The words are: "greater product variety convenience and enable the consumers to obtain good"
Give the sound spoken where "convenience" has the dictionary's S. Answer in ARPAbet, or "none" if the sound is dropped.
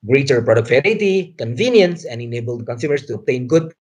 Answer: S